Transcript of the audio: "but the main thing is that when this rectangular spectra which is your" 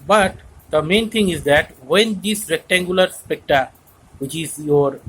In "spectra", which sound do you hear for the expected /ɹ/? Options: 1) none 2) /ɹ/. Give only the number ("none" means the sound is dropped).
1